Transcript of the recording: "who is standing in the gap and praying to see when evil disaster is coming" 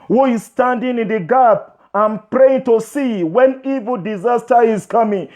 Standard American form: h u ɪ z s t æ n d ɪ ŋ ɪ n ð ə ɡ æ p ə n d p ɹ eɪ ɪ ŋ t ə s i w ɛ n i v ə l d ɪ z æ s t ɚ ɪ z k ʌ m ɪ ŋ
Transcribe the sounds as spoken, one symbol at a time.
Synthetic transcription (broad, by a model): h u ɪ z s t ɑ n d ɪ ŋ ɪ n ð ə ɡ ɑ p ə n p ɹ eɪ ɪ ŋ t ə s i w ɛ n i v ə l d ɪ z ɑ s t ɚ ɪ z k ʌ m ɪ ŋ